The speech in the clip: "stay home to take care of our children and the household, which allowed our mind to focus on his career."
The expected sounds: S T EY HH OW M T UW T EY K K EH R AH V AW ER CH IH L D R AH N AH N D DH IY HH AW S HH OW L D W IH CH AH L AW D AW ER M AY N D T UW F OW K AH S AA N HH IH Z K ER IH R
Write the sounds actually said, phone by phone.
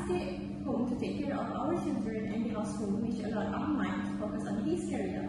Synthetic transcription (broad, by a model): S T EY HH OW M T UW T EY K K EH R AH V AW ER CH IH L D R AH N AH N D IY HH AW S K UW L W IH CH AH L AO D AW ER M AY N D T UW F OW K AH S AA N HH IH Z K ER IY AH